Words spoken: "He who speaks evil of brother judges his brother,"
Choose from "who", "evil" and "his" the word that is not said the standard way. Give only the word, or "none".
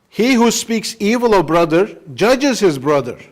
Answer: none